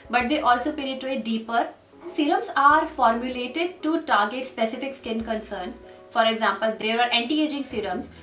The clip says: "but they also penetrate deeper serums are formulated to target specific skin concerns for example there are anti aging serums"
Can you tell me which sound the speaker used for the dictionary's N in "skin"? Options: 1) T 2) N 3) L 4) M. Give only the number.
2